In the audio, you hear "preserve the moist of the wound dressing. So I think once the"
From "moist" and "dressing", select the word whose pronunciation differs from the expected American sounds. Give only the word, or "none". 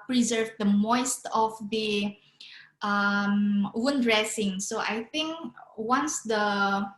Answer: none